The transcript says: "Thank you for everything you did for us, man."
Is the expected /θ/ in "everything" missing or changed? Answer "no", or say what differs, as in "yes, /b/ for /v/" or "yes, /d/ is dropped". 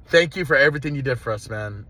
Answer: no